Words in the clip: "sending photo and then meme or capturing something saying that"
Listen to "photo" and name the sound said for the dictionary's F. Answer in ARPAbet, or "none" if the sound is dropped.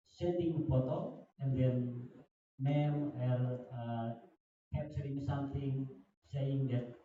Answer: P